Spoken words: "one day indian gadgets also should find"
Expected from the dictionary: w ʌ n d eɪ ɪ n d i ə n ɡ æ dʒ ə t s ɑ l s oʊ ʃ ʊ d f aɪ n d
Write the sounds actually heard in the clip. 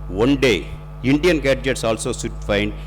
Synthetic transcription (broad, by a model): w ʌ n d eɪ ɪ n d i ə n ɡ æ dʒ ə t s ɑ l s oʊ s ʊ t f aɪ n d